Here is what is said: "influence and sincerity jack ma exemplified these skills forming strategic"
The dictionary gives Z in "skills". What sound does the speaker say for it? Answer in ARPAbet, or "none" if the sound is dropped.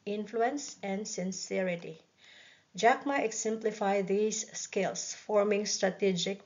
S